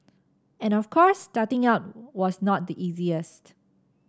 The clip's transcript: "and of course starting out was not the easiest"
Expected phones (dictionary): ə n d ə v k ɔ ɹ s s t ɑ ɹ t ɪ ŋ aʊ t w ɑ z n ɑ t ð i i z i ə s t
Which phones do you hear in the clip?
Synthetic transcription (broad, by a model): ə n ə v k ɔ ɹ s s t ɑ t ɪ ŋ aʊ t w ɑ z n ɑ t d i i z i ə s t